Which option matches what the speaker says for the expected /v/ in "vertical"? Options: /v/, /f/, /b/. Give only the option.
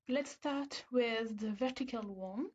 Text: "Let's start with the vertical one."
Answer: /v/